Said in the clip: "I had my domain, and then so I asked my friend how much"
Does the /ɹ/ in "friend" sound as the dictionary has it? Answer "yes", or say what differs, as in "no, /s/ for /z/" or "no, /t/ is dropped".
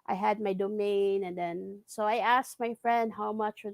yes